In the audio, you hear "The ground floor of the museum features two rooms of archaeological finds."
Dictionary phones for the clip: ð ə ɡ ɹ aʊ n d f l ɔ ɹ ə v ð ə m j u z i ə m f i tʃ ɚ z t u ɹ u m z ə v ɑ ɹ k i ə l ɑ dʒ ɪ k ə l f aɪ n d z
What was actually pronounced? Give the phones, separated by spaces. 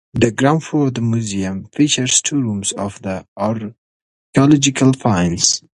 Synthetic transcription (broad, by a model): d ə ɡ ɹ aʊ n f ɔ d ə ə m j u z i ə m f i tʃ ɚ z t u ɹ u m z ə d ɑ ɹ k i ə l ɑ dʒ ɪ k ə l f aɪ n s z